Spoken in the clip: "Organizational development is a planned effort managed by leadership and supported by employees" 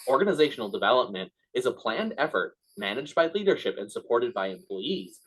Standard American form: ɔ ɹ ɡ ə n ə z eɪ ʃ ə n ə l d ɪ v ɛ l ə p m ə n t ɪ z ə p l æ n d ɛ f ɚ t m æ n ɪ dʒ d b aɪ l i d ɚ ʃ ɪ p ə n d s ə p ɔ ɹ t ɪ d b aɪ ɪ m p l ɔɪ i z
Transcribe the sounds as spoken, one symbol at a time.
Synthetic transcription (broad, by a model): ɔ ɹ ɡ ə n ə z eɪ ʃ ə n l d ɪ v ɛ l ə p m ə n t ɪ z ə p l æ n d ɛ f ɚ t m æ n ɪ dʒ d b aɪ l i d ɚ ʃ ɪ p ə n s ə p ɔ ɹ t ɪ d b aɪ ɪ m p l ɔɪ i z